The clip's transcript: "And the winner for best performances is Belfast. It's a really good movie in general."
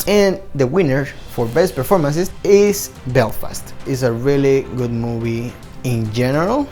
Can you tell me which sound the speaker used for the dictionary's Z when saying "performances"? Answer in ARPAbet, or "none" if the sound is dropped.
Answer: S